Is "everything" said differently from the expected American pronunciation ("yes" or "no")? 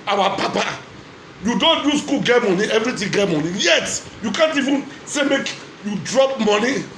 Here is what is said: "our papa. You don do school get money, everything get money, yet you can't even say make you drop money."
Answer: yes